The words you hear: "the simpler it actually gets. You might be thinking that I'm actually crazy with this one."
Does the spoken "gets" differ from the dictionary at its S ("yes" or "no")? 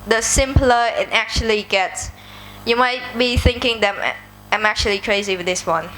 no